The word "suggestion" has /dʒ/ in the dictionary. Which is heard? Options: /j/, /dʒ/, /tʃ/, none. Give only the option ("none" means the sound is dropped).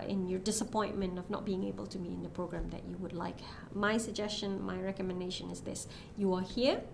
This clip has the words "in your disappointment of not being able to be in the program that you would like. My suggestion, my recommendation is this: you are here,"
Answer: /dʒ/